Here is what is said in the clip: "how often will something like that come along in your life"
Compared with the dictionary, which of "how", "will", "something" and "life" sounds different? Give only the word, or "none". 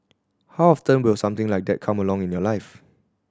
something